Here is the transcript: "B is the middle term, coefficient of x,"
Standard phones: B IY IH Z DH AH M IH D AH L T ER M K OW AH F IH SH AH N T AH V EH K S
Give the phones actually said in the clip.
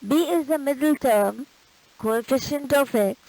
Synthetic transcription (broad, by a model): B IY IH Z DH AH M IH D AH L T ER M K OW AH F IH SH AH N T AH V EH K